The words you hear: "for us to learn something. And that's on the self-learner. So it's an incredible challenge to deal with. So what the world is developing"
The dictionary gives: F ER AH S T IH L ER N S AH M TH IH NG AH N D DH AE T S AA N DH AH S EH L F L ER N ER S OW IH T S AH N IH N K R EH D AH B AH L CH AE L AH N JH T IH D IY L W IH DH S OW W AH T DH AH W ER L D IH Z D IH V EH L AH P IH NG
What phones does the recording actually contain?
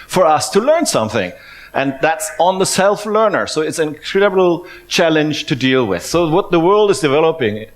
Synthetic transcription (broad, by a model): F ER AH S T IH L ER N S AH M TH IH NG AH N DH AE T S N DH AH S EH L F L ER N ER S OW IH T S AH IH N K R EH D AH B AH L CH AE L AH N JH T IH D IY L W IH DH S OW W AH T DH AH W ER L D IH Z D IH V EH L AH P IH NG